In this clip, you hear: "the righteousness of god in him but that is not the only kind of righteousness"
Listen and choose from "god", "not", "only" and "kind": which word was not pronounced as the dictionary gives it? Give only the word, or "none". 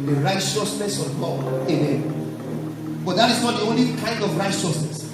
god